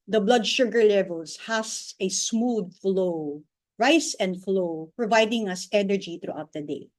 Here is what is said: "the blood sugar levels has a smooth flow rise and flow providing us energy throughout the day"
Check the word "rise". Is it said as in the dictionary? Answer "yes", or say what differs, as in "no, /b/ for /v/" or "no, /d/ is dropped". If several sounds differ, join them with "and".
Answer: no, /s/ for /z/